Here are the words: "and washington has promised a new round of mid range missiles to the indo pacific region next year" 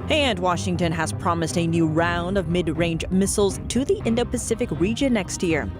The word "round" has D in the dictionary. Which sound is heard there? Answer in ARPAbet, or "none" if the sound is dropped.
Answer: D